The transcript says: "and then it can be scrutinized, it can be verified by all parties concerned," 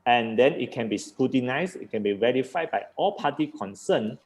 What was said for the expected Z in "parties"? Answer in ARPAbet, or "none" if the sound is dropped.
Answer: none